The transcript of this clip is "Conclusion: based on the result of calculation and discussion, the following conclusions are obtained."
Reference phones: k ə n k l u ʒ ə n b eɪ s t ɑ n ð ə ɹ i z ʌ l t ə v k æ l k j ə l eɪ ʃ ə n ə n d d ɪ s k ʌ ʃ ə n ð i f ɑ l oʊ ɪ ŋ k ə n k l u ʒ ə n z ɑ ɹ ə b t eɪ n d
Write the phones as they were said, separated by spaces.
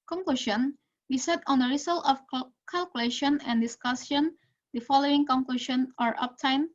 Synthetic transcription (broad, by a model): k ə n k l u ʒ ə n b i s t ɑ n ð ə ɹ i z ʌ l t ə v k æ l k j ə l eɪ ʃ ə n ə n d d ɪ s k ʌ s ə n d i f ɑ l oʊ ɪ ŋ k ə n k l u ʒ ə n ɑ ɹ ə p t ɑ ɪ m